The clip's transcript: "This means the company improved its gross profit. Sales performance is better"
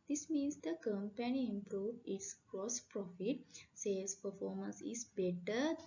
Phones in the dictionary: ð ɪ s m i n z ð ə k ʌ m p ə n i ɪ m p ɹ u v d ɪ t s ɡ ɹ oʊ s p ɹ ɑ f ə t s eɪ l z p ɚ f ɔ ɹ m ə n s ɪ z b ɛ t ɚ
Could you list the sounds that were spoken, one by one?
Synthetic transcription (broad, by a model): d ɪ s m i n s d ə k ʌ m p ə n i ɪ m p ɹ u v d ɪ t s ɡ ɹ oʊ s p ɹ ɑ f ə t s eɪ z p ɚ f ɔ ɹ m ə n s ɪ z b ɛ t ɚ